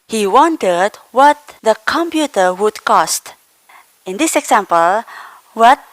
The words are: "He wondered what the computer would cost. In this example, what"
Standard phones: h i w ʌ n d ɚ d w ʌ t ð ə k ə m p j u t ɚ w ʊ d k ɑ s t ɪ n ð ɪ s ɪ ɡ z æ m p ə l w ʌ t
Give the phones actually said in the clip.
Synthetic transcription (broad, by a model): h i w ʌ n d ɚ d w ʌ t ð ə k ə m p j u t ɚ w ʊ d k ɑ s t ɪ n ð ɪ s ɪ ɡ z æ m p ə l w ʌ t